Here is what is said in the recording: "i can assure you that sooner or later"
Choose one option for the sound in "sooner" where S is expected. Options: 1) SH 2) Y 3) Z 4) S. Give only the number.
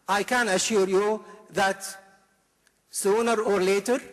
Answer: 4